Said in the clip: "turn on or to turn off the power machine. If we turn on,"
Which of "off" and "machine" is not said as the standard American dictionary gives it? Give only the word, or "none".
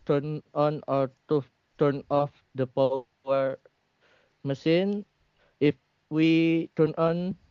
machine